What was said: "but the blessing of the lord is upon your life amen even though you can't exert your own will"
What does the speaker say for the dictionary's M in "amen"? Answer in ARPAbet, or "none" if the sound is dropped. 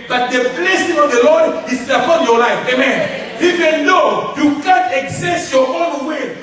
M